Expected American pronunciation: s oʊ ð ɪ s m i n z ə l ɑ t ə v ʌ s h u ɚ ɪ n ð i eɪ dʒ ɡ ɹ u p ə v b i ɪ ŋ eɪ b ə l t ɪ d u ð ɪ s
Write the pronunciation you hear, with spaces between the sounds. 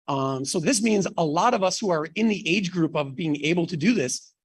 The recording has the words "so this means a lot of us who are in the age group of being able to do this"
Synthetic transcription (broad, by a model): s oʊ ð ɪ s m i n z ə l ɑ t ə v ʌ s h u ɚ ɪ n ð i eɪ dʒ ɡ ɹ u p ə v b i ɪ ŋ eɪ b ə l t ɪ d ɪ ð ɪ s